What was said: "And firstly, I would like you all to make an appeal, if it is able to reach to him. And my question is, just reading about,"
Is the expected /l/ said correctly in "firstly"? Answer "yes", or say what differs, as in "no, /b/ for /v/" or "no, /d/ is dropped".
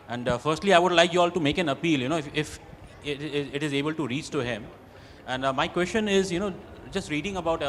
yes